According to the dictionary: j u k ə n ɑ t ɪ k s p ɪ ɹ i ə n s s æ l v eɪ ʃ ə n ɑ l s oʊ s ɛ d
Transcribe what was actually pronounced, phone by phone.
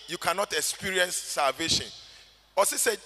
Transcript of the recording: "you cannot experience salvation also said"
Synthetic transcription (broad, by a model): j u k ə n ɑ t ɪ k s p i ɹ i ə n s s æ l v eɪ ʃ ə n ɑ s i s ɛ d